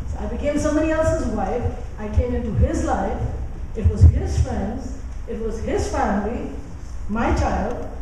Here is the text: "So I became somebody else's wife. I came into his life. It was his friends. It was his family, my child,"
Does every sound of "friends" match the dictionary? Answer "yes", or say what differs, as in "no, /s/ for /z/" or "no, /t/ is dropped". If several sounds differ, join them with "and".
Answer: yes